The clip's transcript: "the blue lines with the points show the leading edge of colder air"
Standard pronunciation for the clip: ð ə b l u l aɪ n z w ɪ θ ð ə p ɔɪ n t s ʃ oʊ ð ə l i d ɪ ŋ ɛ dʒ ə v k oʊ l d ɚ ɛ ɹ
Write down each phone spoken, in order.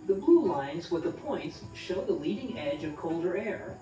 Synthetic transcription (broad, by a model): ð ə b l u l aɪ n z w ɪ ð ə p ɔɪ n t s ʃ oʊ ð ə l i d ɪ ŋ ɛ dʒ ə v k oʊ l d ɚ ɛ ɹ